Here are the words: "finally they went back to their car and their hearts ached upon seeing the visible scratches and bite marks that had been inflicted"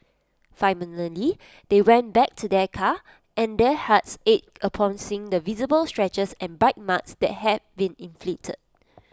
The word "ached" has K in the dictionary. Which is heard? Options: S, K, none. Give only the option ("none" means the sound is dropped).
none